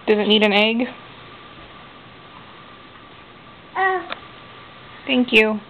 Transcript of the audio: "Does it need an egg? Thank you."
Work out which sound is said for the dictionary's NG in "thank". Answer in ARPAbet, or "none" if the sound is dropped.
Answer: NG